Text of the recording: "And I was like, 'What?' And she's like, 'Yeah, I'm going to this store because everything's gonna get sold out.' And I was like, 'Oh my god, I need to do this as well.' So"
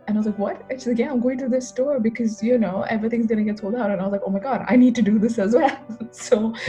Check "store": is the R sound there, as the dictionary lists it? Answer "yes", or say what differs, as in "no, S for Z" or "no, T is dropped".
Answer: yes